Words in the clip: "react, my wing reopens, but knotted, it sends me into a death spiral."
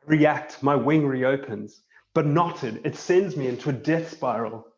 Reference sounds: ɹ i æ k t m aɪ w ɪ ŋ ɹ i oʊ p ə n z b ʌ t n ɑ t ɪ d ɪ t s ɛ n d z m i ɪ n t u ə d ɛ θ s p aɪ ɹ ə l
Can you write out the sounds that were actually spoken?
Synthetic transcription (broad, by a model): ɹ i æ k t m aɪ w ɪ ŋ ɹ i oʊ p ə n z b ʌ t n ɑ t ɪ d ɪ t s ɛ n d z m i ɪ n t u ə d ɛ θ s p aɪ ɹ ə l